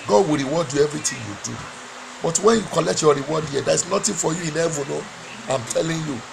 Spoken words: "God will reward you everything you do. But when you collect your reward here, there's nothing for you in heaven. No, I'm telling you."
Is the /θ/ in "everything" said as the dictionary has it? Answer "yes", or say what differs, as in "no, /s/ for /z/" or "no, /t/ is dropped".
no, /t/ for /θ/